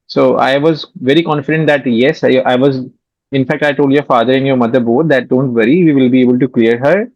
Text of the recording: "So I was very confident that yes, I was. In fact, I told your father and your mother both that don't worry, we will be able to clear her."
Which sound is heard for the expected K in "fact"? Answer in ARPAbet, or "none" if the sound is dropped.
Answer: K